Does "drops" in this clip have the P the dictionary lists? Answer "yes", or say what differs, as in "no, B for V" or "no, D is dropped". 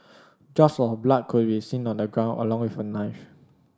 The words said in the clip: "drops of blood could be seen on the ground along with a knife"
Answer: no, P is dropped